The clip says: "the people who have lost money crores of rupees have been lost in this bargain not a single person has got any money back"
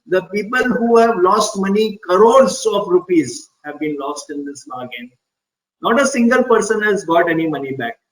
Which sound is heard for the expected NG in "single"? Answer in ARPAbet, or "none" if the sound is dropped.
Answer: NG